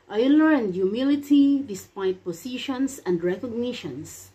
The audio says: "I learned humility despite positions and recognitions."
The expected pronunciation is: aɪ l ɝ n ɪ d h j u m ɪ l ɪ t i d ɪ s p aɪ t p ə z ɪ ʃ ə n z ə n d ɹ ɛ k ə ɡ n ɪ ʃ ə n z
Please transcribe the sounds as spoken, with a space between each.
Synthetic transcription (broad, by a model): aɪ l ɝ ɪ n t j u m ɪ l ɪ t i d ɪ s p aɪ t p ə s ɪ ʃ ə n s ə n d ɹ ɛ k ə ɡ n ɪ ʃ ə n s